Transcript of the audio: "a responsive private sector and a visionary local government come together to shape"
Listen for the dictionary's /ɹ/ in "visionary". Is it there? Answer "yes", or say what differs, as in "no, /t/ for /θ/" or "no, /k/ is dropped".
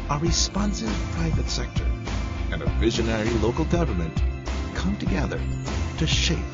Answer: yes